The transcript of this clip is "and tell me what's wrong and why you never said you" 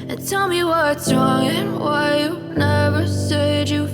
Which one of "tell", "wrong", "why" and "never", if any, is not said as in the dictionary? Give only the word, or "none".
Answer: none